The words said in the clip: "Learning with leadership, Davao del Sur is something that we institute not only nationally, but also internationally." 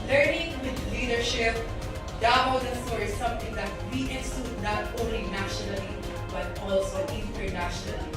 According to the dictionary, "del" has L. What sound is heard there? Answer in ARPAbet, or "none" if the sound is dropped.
N